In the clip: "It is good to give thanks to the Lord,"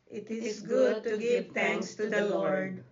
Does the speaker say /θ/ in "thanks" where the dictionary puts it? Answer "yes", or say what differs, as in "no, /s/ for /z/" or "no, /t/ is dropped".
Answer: no, /t/ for /θ/